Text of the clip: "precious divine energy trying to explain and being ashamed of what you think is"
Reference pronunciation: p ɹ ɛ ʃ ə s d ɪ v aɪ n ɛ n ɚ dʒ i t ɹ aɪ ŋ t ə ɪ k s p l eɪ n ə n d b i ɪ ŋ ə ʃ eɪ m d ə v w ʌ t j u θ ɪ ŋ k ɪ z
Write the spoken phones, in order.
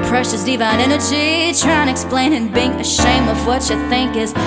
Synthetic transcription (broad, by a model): p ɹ ɛ ʃ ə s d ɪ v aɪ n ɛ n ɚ dʒ i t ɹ aɪ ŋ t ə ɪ k s p l eɪ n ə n b i ɪ ŋ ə ʃ eɪ m ə v w ʌ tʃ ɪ θ ɪ ŋ k ɪ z